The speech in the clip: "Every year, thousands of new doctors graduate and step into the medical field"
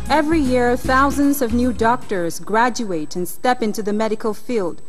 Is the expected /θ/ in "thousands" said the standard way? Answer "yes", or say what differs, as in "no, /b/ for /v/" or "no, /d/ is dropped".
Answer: yes